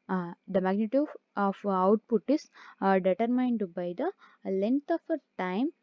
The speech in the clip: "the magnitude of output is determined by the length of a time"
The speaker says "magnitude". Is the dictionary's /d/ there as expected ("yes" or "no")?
no